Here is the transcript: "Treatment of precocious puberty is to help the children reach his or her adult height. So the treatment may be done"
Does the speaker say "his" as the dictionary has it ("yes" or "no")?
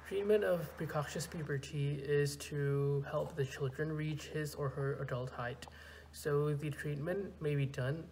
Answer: yes